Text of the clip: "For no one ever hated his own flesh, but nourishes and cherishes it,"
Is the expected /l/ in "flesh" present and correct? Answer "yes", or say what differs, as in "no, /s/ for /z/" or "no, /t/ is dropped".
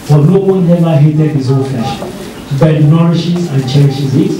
no, /l/ is dropped